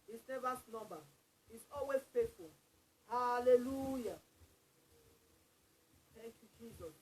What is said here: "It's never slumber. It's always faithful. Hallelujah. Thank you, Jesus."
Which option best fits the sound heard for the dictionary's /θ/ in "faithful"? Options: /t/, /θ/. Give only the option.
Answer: /t/